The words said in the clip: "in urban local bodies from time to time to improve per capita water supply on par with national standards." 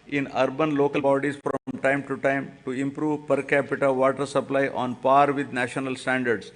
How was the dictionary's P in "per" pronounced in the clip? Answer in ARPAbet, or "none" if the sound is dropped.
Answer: P